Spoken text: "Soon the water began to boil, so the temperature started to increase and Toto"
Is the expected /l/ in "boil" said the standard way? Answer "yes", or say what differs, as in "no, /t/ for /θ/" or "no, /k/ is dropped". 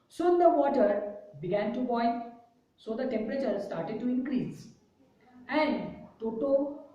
no, /n/ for /l/